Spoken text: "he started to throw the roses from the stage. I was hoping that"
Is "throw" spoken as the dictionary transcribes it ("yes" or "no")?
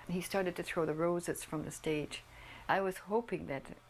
yes